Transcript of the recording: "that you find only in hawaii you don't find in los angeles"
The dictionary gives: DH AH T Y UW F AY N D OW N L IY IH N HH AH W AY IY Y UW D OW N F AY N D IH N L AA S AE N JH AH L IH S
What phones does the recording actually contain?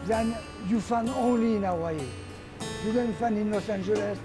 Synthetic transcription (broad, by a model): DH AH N Y UW F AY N OW N L IY IH N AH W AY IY Y UW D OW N F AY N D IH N L AA S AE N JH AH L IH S